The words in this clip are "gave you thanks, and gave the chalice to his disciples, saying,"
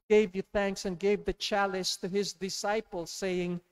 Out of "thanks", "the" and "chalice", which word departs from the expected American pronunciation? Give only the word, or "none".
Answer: none